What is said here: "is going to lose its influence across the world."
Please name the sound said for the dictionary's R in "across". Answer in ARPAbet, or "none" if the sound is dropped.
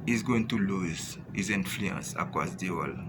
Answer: none